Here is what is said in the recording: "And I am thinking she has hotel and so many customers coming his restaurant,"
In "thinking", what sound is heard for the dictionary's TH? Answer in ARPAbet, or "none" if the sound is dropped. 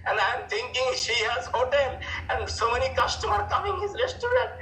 T